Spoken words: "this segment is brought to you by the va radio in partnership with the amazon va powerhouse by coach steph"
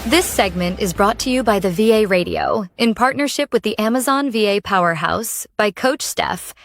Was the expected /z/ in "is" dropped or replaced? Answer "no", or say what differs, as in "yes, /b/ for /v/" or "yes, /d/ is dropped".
no